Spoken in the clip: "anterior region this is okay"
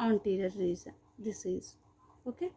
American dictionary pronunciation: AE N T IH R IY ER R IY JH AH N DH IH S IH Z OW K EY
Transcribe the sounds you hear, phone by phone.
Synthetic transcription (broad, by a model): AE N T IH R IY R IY Z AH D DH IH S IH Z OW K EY